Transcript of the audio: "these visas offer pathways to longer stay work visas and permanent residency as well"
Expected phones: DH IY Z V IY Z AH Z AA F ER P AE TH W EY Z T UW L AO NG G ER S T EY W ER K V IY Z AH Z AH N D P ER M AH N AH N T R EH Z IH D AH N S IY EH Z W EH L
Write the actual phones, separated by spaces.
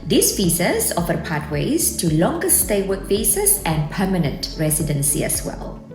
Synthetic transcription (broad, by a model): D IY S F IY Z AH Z AA F ER P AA T W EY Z T UW L AO NG G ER S T EY W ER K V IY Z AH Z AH N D P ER M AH N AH N T R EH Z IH D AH N S IY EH S W EH L